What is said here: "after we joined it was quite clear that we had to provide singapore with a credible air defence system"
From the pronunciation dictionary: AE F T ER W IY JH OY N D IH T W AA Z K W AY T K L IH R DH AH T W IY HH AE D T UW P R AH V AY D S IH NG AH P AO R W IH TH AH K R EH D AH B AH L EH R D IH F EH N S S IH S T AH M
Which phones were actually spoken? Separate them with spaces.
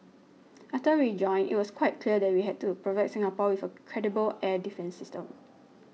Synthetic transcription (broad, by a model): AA F T ER IY JH OY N IH T W AA S K W AY T K L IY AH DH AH T W IY HH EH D T UW P R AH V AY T S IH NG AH P AO W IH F AH K R EH D AH B AH L EH D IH F EH N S S IH S T AH M